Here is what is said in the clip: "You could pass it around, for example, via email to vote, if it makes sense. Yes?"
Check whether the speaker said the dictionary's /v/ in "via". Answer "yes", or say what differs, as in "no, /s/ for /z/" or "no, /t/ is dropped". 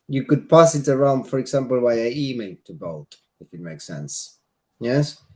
no, /w/ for /v/